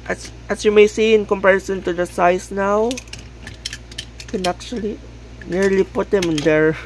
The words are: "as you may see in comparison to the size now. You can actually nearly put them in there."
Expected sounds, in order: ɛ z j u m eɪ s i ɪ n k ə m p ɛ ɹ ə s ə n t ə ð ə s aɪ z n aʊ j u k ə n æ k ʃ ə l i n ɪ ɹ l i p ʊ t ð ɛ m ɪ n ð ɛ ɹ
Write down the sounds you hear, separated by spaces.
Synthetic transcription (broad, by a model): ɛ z j u m eɪ s i ɪ n k ə m p ɛ ɹ ə s ə n t ə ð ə s aɪ s n aʊ k ə n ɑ k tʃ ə l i n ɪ ɹ l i p ʊ t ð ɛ m ɪ n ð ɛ ɹ